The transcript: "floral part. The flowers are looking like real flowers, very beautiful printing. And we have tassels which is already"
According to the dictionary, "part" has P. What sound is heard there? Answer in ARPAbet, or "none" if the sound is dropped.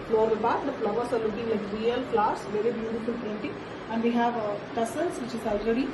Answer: B